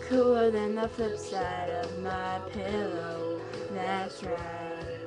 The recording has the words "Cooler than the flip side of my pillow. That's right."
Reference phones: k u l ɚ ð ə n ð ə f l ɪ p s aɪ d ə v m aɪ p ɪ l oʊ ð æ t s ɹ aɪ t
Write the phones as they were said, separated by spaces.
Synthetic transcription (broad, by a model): k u l ɚ ð ə n ð ə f ɪ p s aɪ d ə v m aɪ p ɪ l oʊ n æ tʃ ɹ